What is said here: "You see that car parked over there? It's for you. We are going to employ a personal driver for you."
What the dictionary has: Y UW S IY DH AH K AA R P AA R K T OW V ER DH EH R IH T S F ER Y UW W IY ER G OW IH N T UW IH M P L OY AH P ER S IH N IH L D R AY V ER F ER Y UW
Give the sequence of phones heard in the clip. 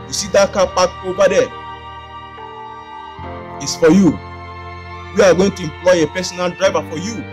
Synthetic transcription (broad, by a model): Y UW S IY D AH K AA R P AA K OW B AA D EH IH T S F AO Y UW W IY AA G OW IH N T UW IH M P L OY AH P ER S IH N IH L D R AY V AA F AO Y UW